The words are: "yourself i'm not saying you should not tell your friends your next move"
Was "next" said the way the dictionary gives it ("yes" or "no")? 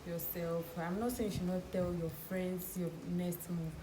no